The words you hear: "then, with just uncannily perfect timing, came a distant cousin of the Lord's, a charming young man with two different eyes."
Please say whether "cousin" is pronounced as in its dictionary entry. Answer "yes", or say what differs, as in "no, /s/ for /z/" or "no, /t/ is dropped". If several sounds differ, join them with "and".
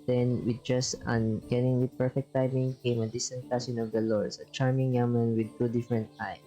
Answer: no, /s/ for /z/